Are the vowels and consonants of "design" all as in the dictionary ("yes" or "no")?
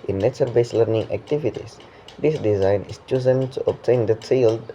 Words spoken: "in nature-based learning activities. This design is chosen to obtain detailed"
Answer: yes